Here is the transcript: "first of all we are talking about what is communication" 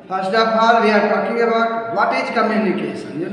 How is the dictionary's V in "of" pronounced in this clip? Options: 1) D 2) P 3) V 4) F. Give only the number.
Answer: 2